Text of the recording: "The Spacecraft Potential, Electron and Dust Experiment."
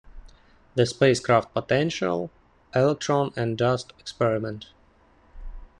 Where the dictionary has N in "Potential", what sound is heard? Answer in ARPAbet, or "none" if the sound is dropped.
N